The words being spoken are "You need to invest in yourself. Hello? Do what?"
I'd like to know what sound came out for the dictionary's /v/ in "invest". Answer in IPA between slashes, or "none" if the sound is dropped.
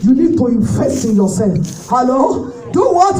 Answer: /f/